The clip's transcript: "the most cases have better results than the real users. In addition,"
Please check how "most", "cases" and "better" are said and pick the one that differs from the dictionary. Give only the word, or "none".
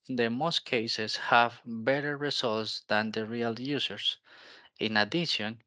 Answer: cases